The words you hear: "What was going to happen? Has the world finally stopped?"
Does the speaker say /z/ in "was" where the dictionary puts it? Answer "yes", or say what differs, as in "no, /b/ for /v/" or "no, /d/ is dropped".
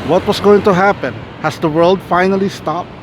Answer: no, /s/ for /z/